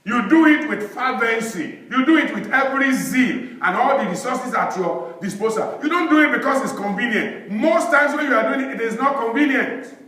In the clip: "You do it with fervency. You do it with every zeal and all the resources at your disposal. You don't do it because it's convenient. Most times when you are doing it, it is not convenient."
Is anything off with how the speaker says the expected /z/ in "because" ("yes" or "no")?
yes